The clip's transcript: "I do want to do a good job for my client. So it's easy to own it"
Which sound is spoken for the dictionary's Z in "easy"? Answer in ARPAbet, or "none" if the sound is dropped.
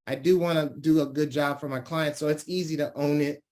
Z